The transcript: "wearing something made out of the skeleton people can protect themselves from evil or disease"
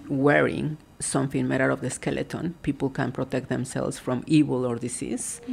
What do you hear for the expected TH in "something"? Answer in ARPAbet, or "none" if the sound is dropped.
F